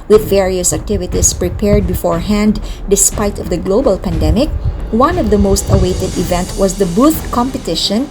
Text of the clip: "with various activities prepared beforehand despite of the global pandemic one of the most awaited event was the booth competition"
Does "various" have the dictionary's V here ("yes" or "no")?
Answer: yes